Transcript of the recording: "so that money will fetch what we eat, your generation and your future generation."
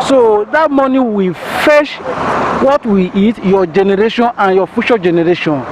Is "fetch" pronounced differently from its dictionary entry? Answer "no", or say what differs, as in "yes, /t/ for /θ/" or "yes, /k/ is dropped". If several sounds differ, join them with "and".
yes, /ʃ/ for /tʃ/